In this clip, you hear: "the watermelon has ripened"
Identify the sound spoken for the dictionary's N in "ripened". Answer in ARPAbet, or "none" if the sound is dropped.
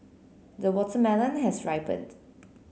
none